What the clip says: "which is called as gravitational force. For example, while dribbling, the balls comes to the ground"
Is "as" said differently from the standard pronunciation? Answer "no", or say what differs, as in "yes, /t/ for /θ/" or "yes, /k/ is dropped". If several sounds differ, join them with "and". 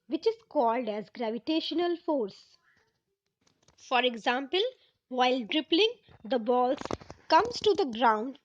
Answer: no